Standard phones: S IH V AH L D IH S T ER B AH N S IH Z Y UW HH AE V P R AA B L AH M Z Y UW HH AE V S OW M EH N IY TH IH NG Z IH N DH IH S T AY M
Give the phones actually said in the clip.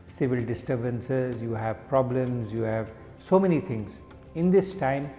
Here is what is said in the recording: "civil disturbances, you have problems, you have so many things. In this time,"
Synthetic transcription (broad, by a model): S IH V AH L D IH S T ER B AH N S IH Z Y UW HH AE V P R AA B L AH M Z Y UW HH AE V S OW M EH N IY T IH NG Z IH N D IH S T AY M